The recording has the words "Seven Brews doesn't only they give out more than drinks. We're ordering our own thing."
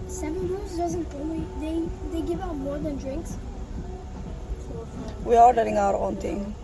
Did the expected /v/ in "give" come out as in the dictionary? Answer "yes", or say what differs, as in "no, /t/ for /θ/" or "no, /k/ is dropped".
yes